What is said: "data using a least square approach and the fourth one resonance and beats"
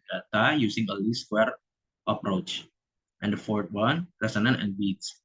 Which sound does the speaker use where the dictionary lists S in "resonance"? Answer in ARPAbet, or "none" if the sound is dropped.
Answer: none